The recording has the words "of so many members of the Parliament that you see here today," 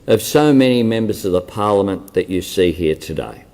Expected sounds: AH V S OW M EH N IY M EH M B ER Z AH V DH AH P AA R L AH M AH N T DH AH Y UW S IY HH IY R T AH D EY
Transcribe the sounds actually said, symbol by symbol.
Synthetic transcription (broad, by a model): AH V S OW M EH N IY M EH M B ER Z AH V DH AH P AA R L AH M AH N DH AH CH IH S IY HH IY R T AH D EY